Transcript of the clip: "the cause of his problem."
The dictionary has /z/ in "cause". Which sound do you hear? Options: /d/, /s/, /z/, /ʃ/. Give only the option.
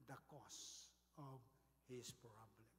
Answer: /s/